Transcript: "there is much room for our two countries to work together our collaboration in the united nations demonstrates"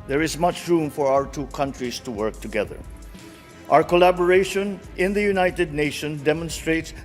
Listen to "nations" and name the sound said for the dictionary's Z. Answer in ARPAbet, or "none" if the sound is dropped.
none